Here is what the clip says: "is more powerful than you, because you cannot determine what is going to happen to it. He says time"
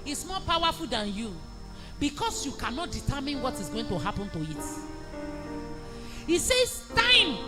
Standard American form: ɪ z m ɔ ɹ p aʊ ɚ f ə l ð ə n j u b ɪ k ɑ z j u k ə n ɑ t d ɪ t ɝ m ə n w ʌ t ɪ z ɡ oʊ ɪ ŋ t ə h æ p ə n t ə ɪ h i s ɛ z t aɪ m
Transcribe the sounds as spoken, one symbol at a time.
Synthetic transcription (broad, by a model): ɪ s m ɔ p aʊ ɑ f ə l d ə n j u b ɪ k ɑ s j u k ə n ɑ t d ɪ t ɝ m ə n w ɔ t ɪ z ɡ oʊ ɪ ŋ t ə h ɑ p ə n t ə ɪ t i s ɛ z t aɪ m